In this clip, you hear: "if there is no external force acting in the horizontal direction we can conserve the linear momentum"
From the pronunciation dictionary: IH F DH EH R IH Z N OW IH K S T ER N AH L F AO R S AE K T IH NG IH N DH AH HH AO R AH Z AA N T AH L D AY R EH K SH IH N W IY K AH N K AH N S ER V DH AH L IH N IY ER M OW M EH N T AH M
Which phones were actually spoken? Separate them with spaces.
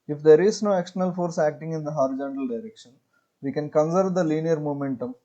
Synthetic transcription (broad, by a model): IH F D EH R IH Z N OW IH K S T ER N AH L F AO R S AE K T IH NG IH N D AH HH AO R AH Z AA N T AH L D AY R EH K SH IH N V IY K AH N K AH N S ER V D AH L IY N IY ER M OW M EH N T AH M